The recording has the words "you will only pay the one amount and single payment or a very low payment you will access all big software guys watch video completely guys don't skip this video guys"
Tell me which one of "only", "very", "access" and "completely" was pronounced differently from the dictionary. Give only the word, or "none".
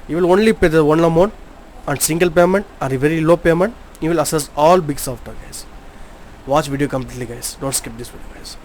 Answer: access